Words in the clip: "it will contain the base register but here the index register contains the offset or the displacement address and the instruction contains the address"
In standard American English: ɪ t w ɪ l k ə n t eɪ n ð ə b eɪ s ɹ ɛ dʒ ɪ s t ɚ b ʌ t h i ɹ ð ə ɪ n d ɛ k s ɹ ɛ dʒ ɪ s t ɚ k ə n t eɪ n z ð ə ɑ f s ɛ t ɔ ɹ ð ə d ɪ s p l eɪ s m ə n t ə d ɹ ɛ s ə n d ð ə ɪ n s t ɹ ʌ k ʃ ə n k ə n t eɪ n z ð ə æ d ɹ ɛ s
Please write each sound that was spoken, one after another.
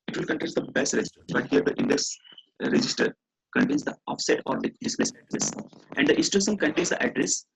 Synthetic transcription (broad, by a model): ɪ t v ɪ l k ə n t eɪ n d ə b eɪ s ɹ ɛ dʒ ɪ s t ɚ b ʌ t h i ɹ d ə ɪ n d ɛ k s ɹ ɛ dʒ ɪ s t ɚ k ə n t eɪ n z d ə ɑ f s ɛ t ɔ ɹ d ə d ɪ s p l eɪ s ə t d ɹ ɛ s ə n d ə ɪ s t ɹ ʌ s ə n k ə n t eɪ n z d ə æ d ɹ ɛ s